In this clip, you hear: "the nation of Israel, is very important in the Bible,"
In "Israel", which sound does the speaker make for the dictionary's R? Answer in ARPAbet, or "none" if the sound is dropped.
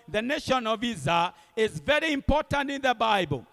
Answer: none